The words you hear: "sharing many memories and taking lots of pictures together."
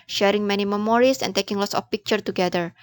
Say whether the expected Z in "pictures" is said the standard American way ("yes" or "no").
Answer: no